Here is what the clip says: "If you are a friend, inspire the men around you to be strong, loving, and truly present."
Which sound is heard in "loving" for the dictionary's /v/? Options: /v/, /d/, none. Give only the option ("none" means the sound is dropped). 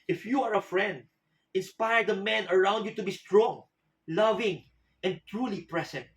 /v/